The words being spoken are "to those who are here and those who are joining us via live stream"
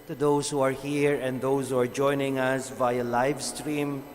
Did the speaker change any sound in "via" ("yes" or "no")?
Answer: no